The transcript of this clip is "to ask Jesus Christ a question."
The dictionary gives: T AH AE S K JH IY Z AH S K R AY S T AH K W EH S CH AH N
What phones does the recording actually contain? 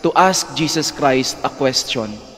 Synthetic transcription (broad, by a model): T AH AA S K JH IY S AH S K R AY S T AH K W EH S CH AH N